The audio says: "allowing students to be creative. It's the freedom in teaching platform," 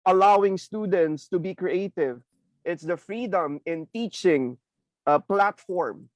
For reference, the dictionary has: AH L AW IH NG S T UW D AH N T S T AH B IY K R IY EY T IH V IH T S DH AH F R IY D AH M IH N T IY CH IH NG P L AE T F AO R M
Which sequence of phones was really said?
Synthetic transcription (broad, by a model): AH L AW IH NG S T UW D AH N T S T AH B IY K R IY EY T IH V IH T S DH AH F R IY D AH M IH N T IY CH IH NG P L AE T F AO R M